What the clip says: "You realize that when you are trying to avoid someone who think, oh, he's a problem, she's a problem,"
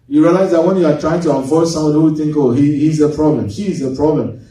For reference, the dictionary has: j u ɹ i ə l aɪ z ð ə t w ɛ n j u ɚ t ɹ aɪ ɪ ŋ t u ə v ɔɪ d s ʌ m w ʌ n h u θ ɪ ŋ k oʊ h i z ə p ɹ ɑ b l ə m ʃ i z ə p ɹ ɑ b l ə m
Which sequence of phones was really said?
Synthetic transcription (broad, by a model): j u ɹ i ə l aɪ z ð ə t w ɛ n j u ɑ t ɹ aɪ ɪ ŋ t u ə f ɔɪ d s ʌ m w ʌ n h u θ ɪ ŋ k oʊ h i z ə p ɹ ɑ b l ə m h i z ə p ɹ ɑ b l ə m